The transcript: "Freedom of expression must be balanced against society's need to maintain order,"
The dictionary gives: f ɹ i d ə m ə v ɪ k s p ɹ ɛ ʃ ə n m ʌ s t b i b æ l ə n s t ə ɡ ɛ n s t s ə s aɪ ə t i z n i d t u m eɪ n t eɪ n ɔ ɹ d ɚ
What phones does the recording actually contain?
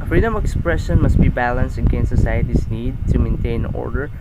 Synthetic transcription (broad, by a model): f ɹ i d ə m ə k s p ɹ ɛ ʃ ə n m ʌ s t b i b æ l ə n s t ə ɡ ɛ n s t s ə s aɪ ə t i s n i d t u m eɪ n t eɪ n ɔ ɹ d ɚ